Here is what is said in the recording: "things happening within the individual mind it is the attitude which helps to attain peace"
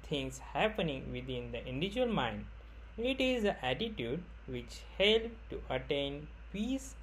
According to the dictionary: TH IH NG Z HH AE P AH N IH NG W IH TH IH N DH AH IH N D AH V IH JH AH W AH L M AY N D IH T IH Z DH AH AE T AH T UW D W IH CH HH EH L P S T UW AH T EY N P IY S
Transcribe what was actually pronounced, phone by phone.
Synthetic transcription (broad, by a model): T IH NG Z HH AE P AH N IH NG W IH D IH N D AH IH N D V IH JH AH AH L M AY N D IH T IH Z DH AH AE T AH T UW D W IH CH HH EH L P T UW AH T EY N P IY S